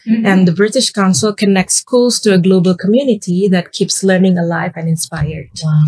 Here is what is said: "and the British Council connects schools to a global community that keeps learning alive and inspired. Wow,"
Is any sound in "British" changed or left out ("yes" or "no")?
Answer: no